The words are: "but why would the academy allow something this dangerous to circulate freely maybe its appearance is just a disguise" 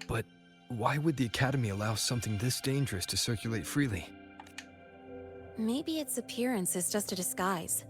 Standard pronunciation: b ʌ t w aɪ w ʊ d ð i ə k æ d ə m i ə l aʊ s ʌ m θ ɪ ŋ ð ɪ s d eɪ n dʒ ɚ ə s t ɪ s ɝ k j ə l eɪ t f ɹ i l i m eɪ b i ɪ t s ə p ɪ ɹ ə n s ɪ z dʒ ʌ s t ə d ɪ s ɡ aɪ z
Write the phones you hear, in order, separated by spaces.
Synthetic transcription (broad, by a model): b ʌ t w aɪ w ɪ d ð i ə k æ d ə m i ə l aʊ s ʌ m θ ɪ ŋ ð ɪ s d eɪ n dʒ ɚ ə s t ɪ s ɝ k j ə l eɪ t f ɹ i l i m eɪ b i ɪ t s ə p ɪ ɹ ə n s ɪ z dʒ ʌ s t ə d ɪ s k aɪ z